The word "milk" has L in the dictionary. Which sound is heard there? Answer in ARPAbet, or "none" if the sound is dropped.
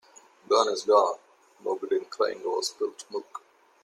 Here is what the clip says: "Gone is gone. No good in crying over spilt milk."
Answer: none